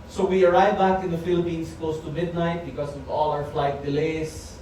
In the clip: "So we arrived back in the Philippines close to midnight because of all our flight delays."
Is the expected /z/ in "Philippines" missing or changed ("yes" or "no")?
yes